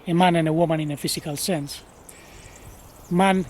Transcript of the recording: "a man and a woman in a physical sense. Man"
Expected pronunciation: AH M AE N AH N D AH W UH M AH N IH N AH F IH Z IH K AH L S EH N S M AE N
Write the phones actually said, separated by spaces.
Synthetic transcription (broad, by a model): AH M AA N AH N AH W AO M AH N IH N AH F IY S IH K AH L S EH N S M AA N